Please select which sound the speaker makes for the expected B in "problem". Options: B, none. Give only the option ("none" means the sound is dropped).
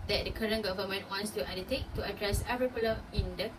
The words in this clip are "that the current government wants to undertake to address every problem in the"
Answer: none